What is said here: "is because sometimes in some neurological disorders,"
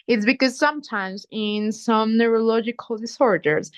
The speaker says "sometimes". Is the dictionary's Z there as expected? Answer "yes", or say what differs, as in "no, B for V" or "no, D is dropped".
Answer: yes